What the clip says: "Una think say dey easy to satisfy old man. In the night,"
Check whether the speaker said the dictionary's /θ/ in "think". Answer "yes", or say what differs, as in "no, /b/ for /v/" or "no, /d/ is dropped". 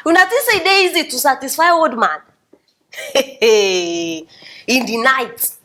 no, /t/ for /θ/